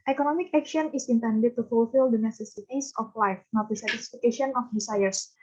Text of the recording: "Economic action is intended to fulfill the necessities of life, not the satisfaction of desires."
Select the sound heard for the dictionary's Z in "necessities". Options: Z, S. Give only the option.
S